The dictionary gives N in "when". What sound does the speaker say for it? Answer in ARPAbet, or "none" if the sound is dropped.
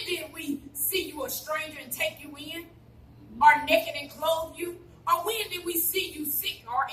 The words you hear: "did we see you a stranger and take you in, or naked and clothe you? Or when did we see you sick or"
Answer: N